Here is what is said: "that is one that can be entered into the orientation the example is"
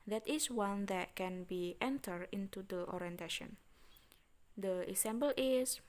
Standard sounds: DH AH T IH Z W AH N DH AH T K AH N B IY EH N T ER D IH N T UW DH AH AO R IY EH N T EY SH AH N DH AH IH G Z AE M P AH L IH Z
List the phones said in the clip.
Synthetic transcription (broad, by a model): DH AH T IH S W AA N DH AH T K AH N B IY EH N T ER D IH N T UW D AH AO R IY EH N T EY SH AH N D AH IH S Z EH M B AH L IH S